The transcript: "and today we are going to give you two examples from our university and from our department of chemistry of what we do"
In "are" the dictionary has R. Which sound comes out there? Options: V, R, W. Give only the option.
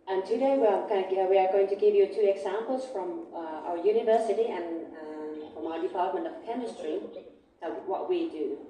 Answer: W